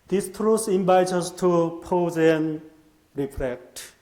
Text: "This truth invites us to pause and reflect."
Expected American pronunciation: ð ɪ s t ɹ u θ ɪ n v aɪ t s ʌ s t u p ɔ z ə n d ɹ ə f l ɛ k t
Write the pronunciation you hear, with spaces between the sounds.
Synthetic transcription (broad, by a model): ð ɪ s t ɹ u s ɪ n b aɪ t ʌ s t u p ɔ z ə n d ɹ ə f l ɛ k t